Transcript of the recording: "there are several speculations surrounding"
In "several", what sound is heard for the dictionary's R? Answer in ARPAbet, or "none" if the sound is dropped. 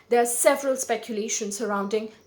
R